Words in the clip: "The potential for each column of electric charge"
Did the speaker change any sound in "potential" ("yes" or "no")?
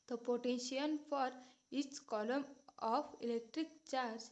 yes